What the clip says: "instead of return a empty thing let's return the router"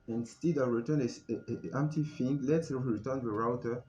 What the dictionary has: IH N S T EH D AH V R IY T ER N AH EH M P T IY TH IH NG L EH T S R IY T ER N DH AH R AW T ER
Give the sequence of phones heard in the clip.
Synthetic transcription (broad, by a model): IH N S T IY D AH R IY T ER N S EH M P T IY F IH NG L EH T S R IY T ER N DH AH R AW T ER